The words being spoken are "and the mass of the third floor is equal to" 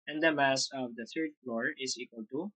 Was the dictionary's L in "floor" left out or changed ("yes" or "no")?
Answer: no